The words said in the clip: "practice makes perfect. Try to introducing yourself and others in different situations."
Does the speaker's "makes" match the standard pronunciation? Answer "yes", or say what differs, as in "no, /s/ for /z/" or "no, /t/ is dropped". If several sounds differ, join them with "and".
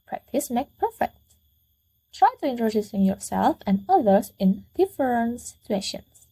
no, /s/ is dropped